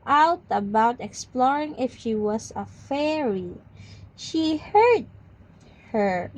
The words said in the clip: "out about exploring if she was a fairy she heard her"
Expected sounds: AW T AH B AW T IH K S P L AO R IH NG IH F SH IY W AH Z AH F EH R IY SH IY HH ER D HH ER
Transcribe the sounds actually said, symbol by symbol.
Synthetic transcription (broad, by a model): AW T AH B AW T IH K S P L AO R IH NG IH F SH IY W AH S AH F EH R IY SH IY HH ER D HH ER